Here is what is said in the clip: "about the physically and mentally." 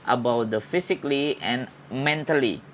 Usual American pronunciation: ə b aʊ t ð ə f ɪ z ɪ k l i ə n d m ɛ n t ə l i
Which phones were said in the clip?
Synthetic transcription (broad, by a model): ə b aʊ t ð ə f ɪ s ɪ k l i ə n m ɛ n t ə l i